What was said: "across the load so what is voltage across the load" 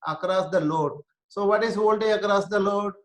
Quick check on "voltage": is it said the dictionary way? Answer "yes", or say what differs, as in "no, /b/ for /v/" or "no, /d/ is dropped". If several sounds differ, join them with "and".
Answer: no, /dʒ/ is dropped